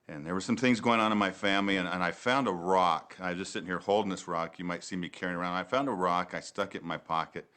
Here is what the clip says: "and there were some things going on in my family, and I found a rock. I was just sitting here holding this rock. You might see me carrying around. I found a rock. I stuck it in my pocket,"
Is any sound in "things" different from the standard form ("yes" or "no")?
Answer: no